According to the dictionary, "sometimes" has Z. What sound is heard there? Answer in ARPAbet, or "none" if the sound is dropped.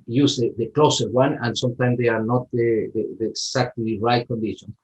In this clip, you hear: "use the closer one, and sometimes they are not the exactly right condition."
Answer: S